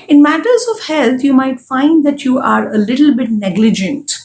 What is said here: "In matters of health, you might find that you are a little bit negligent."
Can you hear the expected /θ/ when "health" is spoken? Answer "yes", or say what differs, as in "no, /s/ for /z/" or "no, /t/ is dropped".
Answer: no, /t/ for /θ/